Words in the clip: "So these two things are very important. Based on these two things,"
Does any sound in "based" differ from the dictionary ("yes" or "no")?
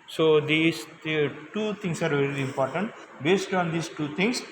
no